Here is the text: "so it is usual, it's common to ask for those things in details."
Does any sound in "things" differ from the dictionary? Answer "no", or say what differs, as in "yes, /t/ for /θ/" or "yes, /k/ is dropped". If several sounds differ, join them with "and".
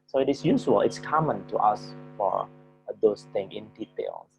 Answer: yes, /z/ is dropped